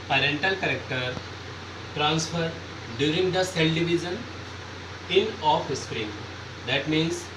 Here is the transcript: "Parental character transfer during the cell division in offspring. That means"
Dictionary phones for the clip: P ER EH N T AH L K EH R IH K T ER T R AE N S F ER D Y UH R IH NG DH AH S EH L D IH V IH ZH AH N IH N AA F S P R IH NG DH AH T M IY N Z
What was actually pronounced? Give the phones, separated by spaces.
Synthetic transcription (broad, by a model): P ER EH N T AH L K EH R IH K T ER T R AE N S F ER D Y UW R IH NG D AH S EH L D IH V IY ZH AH N IH N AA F S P R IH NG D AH T M IY N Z